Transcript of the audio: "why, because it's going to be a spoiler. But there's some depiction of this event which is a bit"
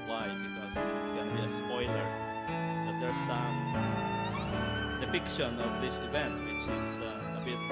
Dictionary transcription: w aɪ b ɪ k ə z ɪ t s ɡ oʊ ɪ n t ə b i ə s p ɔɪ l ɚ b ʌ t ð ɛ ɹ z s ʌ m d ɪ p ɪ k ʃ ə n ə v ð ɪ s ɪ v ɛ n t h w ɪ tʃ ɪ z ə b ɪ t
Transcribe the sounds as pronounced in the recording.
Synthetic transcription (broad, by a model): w aɪ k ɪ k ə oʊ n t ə b i ə s p ɔɪ l ɚ b ʌ t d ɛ ɹ s ʌ m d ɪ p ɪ k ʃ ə n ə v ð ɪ s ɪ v ɛ n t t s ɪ s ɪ ə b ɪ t